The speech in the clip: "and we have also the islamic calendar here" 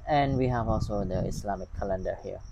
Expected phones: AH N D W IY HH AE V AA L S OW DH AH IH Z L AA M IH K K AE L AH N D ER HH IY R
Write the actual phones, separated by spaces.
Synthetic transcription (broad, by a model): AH N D W IY HH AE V AA L S OW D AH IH S L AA M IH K K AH L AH N D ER HH IY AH